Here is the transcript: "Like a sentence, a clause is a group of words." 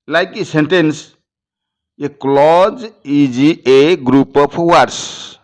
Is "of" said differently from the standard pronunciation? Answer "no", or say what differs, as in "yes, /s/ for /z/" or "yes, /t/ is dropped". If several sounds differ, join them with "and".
yes, /p/ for /v/